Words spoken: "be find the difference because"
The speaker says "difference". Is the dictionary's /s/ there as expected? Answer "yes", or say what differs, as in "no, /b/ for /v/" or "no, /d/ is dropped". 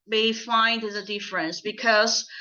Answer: yes